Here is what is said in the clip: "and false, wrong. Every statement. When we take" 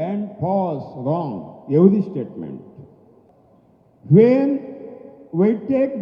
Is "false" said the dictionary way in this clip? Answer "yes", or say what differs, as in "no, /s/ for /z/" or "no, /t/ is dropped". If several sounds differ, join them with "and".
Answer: no, /p/ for /f/ and /l/ is dropped